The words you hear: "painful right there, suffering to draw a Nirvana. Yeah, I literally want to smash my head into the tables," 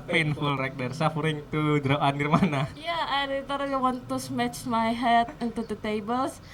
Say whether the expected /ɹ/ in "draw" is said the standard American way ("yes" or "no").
yes